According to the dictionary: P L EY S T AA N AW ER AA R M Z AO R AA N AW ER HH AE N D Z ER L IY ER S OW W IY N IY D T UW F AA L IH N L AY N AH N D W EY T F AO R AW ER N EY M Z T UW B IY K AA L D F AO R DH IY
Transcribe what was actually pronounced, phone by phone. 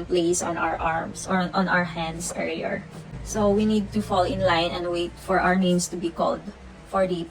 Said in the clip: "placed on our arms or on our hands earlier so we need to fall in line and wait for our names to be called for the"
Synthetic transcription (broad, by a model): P L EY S AA N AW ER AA R M S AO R AA N AW ER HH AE N D S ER IY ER S OW W IY N IY D T UW F AA L IH N L AY N AH N D W EY T F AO R AW ER N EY M S T UW B IY K AA L D F AO R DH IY